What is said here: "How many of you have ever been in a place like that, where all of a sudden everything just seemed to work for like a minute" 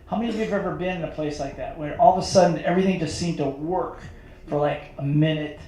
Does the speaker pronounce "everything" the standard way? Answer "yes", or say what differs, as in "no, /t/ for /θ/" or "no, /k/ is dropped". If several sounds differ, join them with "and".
yes